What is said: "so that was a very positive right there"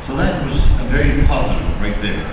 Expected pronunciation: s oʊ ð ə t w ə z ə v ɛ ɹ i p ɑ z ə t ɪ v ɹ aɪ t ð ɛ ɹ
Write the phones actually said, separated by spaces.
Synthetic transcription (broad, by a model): s oʊ ð ə t w ə z ə v ɛ ɹ i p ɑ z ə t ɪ b ɹ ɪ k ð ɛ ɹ